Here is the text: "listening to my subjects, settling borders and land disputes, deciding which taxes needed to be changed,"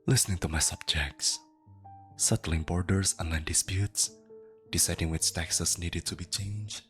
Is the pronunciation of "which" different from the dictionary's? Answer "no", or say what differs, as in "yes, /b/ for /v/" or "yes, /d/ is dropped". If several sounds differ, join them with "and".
no